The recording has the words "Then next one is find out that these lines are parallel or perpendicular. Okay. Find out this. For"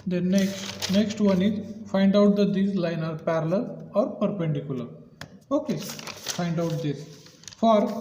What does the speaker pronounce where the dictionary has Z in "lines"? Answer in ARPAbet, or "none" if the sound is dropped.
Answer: none